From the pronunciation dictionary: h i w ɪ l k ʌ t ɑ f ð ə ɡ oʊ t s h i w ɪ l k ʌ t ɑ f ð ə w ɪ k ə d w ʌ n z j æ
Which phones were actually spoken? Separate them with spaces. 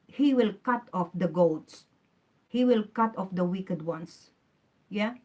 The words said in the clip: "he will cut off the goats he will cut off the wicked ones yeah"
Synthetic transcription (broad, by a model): h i w ɪ l k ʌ t ɑ f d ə ɡ oʊ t s h i w ɪ l k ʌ t ɑ f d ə w ɪ k ə d w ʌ n s j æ